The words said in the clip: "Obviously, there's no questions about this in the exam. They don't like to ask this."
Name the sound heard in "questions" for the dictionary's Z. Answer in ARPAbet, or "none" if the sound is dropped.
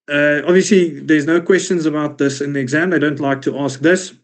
Z